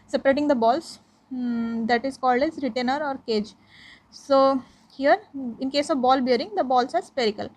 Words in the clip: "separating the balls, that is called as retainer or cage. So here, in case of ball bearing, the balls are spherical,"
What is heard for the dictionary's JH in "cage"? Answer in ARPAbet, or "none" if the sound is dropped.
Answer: JH